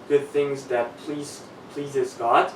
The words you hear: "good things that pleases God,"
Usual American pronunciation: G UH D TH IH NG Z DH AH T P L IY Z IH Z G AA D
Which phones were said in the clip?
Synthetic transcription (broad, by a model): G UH D TH IH NG Z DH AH T P L IY Z IH Z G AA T